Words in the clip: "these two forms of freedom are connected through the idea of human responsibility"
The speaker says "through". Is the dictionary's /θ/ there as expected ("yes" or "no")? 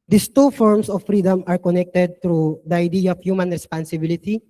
no